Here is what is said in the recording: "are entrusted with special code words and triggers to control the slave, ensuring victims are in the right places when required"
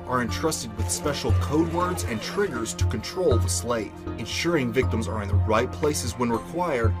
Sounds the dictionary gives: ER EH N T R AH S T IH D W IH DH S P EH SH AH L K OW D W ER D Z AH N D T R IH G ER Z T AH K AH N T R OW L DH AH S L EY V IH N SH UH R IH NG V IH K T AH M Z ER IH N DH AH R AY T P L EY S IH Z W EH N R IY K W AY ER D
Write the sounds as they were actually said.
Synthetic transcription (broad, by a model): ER EH N T R AH S T IH D W IH DH S P EH SH L K OW D W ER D Z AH N T R IH G ER Z T AH K AH N T R OW L DH AH S L EY V IH N SH UH R IH NG V IH K T AH M Z ER IH N DH AH R AY T P L EY S IH Z W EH N R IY K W AY ER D